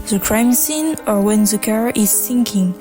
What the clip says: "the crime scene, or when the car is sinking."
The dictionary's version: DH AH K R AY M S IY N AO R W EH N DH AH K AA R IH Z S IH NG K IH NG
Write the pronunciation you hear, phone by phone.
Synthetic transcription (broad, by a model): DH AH K R AY M S IY N AO R W EH N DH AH K AA R IH Z S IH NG K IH NG